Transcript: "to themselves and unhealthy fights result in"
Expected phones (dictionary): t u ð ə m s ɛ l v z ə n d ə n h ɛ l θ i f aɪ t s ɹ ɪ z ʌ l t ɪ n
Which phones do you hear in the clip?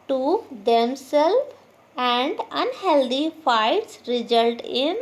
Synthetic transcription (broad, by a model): t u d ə m s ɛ l z ə n d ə n h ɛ l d i f aɪ t s ɹ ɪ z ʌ l t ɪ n